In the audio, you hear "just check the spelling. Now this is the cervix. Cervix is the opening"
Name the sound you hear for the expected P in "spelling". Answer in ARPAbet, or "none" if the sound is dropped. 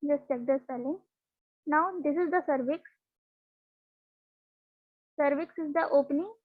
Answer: none